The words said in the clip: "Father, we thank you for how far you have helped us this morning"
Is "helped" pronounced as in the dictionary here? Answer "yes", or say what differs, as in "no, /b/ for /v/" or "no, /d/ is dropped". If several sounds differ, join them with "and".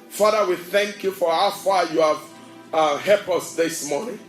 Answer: no, /t/ is dropped